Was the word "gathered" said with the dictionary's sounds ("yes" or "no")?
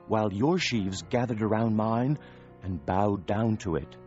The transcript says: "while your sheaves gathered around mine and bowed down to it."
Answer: yes